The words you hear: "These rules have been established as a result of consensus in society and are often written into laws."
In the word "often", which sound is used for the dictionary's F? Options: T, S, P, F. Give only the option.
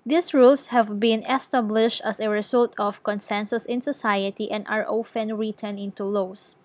F